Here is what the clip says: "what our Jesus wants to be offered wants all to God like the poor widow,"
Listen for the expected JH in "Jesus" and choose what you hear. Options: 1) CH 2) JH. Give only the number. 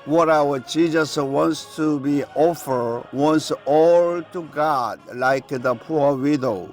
1